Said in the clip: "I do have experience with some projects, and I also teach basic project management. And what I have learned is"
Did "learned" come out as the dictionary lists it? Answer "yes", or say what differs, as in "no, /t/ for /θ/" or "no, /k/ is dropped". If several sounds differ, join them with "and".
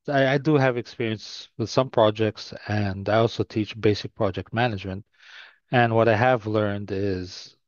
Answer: yes